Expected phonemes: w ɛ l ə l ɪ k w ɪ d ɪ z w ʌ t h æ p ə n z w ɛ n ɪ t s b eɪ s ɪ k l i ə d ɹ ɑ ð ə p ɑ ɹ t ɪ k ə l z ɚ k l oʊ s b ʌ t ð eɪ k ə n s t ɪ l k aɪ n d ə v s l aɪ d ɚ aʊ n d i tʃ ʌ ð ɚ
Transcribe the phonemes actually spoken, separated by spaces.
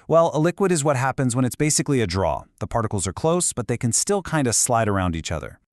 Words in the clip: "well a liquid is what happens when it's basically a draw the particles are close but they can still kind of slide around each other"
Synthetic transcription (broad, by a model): w ɛ l ə l ɪ k w ɪ d ɪ z w ʌ t h æ p ə n z w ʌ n ɪ t s b eɪ s ɪ k l i ə d ɹ ɑ ð ə p ɑ ɹ t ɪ k l z ɚ k l oʊ s b ʌ t ð eɪ k ə n s t ɪ l k aɪ n d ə s l aɪ d ɚ aʊ n d i tʃ ʌ ð ɚ